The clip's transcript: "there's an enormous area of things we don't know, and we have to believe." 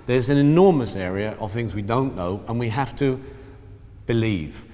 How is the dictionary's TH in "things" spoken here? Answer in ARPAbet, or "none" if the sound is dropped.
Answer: TH